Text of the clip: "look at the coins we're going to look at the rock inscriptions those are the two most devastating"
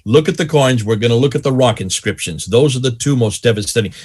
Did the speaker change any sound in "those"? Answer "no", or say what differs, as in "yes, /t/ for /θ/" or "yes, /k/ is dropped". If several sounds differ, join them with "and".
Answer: no